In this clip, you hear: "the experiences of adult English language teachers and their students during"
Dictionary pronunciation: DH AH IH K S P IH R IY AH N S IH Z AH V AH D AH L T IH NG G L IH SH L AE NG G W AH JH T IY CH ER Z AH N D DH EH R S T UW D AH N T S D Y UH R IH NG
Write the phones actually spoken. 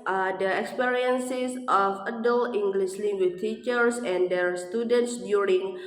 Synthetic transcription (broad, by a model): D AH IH K S P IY R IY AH N S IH S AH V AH D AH L IH NG G L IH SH L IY W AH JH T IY CH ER S AH N D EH R S T UW D AH N T S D Y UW R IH NG